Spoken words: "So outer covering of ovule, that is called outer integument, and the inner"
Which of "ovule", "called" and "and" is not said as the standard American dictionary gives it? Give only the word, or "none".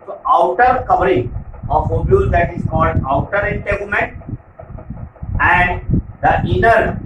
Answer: ovule